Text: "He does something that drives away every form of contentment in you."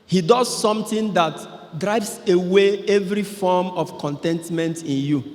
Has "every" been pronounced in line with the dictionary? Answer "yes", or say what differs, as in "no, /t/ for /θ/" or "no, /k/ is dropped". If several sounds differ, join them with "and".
yes